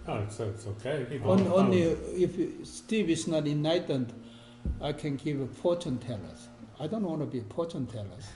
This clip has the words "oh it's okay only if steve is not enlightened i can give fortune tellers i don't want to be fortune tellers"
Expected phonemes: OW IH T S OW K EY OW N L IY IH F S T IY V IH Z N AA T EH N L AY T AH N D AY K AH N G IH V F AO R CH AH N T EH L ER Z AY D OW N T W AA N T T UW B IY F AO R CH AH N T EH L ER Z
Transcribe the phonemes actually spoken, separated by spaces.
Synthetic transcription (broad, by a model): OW IH T S OW K EY OW N L IY IH F S T IY V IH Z N AA T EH N AY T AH N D AY K AH N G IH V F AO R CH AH N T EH L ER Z AY D OW N T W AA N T T UW B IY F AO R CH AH N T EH L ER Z